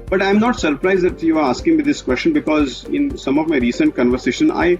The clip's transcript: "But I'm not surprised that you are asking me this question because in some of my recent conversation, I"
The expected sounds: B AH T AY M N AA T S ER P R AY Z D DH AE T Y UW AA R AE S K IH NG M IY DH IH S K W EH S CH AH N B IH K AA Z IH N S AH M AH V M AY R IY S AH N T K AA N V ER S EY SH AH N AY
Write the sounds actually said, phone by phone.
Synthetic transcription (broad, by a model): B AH T AY M N AA T S ER P R AY Z D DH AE T Y UW AA R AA S K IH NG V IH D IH S K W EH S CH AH N B IH K AA Z IH N S AH M AH V M AY R IY S AH N T K AA N V ER S EY SH AH N AY